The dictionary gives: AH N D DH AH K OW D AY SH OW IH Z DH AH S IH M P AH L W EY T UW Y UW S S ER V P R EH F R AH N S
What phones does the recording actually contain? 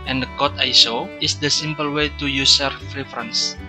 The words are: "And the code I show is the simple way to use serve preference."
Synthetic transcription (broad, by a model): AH N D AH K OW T AY S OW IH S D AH S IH M P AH L W EY T UW Y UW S S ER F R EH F R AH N S